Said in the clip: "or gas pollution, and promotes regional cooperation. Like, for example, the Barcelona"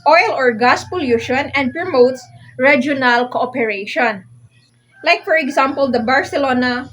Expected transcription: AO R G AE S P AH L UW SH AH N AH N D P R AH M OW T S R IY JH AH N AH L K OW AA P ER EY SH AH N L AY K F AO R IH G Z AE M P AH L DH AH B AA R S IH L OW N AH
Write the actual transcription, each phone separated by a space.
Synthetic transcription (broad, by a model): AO R G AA S P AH L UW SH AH N AH N D P R AH M OW T S R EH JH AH N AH L K OW AA P ER EY SH AH N L AY K F AO R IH G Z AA M P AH L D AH B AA R S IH L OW N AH